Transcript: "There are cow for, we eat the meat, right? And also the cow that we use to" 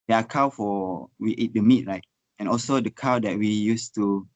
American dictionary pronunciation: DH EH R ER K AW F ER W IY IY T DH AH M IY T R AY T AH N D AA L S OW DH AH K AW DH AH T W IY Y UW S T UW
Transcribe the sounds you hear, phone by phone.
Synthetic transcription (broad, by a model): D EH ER K AW F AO W IY IY T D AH M IY T R AY T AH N AA L S OW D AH K AW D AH T W IY Y UW S T UW